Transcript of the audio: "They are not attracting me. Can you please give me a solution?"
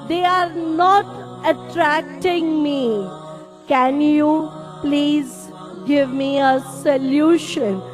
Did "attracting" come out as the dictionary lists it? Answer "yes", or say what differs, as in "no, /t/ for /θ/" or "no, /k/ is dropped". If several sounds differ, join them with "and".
yes